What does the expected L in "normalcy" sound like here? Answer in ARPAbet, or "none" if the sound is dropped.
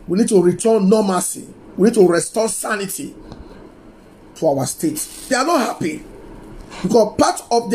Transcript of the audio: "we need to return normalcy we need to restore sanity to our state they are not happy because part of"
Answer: none